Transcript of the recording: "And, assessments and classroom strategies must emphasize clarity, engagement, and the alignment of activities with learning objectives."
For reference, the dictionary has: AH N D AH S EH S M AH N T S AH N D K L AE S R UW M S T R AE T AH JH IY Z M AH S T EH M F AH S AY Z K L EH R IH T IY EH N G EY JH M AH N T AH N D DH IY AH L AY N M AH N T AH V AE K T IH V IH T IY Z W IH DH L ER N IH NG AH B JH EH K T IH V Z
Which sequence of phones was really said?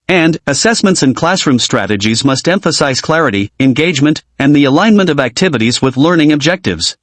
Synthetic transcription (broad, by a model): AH N D AH S EH S M AH N T S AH N K L AE S R UW M S T R AE T AH JH IY Z M AH S T EH M F AH S AY Z K L EH R IH T IY EH N G EY JH M AH N T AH N DH IY AH L AY N M AH N T AH V AE K T IH V IH T IY Z W IH DH L ER N IH NG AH B JH EH K T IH V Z